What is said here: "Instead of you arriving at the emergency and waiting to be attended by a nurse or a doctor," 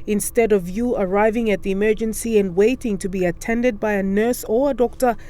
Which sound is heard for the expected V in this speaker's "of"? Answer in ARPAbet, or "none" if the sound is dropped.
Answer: V